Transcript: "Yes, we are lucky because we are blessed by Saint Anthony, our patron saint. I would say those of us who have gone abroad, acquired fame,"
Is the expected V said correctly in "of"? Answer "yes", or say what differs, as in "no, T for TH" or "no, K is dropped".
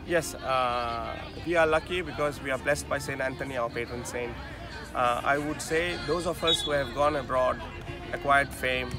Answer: no, F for V